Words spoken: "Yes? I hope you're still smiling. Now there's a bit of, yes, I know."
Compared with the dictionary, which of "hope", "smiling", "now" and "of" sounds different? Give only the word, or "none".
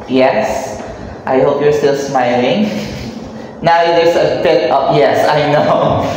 of